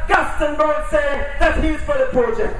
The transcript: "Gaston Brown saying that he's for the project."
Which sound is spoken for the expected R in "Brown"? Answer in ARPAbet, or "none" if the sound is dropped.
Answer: none